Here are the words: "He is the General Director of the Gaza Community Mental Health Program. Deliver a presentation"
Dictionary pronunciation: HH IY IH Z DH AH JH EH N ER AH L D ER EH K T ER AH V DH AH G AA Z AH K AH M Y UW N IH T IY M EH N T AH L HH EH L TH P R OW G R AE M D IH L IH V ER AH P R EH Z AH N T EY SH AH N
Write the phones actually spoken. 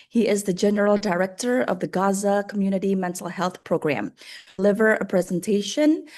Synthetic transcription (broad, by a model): HH IY IH Z DH AH JH EH N ER L D ER EH K T ER AH V DH AH G AA Z AH K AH M Y UW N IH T IY M EH N T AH L HH EH L TH P R OW G R AE M L IH V ER AH P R EH Z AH N T EY SH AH N